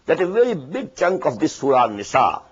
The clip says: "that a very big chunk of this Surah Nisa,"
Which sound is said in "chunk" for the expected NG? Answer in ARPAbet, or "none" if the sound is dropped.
NG